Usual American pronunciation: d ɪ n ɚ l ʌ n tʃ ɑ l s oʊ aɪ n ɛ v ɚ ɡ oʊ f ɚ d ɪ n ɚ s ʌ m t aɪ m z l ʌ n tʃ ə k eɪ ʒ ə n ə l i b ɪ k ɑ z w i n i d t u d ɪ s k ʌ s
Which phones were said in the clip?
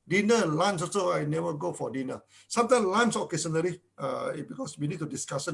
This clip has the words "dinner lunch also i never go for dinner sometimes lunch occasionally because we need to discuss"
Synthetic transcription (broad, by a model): d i n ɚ l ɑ n s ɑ s oʊ aɪ n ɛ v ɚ ɡ oʊ f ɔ d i n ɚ s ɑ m t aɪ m l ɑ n s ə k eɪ s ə n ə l i b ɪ k ɑ s w i n i d t u d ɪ s k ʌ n